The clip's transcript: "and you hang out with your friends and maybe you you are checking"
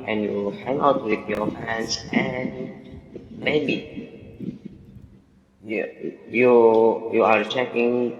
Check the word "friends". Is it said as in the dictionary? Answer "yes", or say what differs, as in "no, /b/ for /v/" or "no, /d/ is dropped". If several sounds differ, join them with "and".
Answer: no, /ɹ/ is dropped